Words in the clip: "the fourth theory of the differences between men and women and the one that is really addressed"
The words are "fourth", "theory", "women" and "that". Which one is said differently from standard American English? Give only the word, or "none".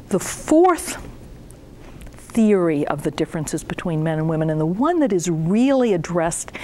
none